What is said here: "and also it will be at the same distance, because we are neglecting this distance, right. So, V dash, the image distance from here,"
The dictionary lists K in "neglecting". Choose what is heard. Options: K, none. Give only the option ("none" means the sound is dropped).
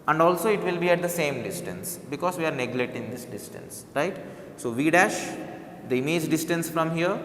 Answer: none